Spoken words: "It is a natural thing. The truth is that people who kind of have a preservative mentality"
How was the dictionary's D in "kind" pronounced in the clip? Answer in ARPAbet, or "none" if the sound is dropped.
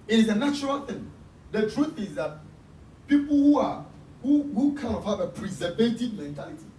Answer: none